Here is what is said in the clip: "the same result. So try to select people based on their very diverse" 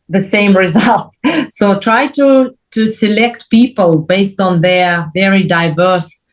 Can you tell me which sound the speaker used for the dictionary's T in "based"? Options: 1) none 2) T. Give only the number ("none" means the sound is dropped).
2